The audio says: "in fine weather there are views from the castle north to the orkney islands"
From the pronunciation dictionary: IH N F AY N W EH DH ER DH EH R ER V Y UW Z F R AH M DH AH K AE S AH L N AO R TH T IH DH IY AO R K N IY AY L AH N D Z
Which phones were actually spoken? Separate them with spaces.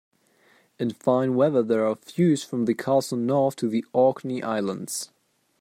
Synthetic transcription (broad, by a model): IH N F AY N W EH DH ER DH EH R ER F Y UW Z F R AH M DH AH K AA S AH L N AO R TH T IH DH IY AO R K N IY AY L AH N D Z